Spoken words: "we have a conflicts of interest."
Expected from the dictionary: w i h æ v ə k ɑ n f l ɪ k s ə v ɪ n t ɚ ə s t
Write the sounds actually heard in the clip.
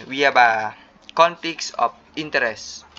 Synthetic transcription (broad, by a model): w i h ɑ b ə k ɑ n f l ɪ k s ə f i n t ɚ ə s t